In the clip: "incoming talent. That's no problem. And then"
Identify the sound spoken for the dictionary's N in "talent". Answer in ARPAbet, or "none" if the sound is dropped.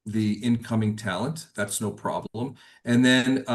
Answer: N